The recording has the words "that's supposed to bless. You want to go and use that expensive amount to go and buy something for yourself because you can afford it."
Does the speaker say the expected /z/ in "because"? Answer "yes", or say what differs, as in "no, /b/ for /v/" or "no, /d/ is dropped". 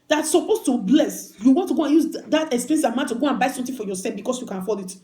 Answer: no, /s/ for /z/